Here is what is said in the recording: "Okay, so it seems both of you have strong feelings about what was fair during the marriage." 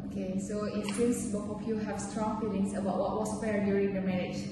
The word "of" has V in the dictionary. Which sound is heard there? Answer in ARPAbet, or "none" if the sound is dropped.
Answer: P